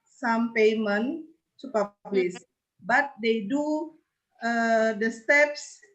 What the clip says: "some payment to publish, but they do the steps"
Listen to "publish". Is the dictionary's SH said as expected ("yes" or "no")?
no